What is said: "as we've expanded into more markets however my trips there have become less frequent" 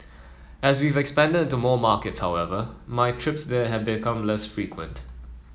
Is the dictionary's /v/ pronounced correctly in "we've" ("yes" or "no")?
yes